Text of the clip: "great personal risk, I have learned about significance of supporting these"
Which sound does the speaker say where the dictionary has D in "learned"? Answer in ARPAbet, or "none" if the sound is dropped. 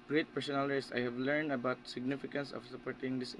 D